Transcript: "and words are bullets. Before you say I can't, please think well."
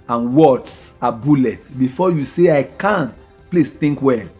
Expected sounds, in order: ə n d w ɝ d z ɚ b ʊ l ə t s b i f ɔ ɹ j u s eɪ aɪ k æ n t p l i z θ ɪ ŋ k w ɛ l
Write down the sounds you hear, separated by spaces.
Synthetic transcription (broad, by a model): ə n w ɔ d s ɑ b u l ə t b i f ɔ j u s eɪ aɪ k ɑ n t p l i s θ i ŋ k w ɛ